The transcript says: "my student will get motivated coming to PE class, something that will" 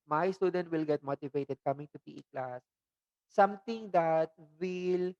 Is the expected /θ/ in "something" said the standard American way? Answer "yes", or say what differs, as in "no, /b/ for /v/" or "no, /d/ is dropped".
no, /t/ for /θ/